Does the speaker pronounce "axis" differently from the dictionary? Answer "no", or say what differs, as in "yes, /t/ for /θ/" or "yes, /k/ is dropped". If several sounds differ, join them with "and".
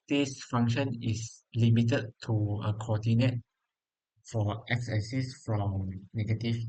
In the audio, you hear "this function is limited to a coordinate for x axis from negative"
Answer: yes, /k/ is dropped